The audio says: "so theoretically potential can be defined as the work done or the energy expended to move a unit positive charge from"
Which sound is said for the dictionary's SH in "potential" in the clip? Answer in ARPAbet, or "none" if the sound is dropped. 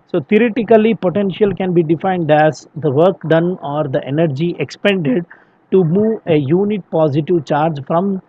SH